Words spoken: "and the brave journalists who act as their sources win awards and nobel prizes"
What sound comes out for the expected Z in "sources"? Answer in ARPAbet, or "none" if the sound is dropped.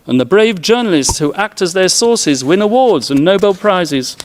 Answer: Z